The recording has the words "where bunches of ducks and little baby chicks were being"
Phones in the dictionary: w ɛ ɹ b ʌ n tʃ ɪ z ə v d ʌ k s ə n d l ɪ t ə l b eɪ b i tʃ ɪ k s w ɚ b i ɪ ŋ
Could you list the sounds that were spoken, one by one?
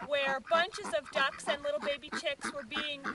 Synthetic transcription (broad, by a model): w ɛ ɹ b ʌ n tʃ ɪ z ə v d ʌ k s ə n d l ɪ t l b eɪ b i tʃ ɪ k s w ɚ b i ɪ ŋ